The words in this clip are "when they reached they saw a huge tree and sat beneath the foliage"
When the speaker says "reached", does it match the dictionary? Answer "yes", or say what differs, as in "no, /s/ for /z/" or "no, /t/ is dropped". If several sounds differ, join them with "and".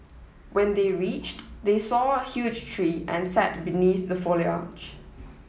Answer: yes